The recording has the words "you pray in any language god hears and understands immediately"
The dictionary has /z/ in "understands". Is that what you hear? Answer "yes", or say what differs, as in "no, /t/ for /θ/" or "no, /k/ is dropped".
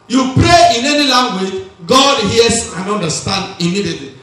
no, /z/ is dropped